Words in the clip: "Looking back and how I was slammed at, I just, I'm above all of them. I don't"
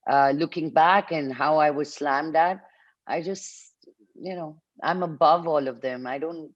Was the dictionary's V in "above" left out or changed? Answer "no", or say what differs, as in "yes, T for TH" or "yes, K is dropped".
no